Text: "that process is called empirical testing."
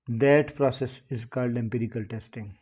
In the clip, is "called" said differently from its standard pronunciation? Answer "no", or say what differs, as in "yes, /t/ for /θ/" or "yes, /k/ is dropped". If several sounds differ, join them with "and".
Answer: no